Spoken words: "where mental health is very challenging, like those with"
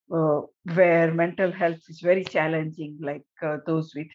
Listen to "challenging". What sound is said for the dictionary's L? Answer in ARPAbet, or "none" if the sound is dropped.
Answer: L